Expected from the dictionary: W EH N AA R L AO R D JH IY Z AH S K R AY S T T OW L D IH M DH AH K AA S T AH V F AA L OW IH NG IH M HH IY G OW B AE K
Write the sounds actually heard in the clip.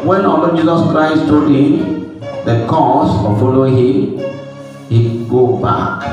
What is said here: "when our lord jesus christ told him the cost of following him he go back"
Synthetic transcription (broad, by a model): W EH N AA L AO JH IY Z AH S K R AY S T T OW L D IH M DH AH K AA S AH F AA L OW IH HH IH M HH IY G OW B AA K